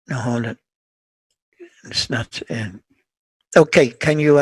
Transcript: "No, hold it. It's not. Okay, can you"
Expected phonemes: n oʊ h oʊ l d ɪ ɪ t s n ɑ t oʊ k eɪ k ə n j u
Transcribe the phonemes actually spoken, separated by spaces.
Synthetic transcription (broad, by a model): n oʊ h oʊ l ɪ ɪ t s n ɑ t oʊ k eɪ k ə n j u